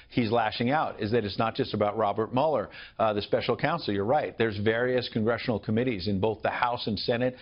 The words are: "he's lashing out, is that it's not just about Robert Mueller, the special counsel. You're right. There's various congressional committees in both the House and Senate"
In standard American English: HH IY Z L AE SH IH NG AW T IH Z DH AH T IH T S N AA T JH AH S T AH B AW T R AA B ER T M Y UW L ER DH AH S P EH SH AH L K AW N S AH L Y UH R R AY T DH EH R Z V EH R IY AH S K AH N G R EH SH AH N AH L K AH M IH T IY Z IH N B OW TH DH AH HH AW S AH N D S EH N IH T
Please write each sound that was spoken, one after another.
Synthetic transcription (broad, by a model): HH IY Z L AE SH IH NG AW T IH Z DH AH T IH T S N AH T JH AH S T AH B AW T R AA B ER T M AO L ER DH AH S P EH SH L K AW N S L Y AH R R AY T DH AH R Z V EH R IY AH S K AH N G R EH SH N L K AH M IH T IY Z IH N B OW TH DH AH HH AW S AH N S EH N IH T